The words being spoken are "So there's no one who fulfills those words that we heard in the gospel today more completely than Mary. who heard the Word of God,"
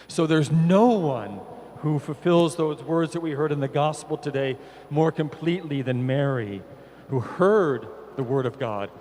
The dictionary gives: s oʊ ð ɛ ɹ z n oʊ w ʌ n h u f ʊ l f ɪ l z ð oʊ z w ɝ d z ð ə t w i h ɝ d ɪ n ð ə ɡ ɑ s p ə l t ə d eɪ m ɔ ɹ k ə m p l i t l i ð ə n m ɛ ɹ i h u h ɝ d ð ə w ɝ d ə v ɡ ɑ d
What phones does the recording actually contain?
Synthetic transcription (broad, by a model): s oʊ ð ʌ ɹ z n oʊ w ʌ n h u f l f ɪ l z ð oʊ z w ɝ d z ð ə t w i h ɝ d ɪ n ð ə ɡ ɑ s p l t ə d eɪ m ɔ ɹ k ə m p l i t l i ð ə n m ɛ ɹ i h u h ɝ d ð ə w ɝ d ə v ɡ ɑ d